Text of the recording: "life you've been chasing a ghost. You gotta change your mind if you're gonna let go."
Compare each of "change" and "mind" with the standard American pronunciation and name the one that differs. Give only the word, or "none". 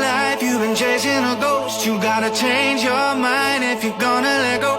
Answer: mind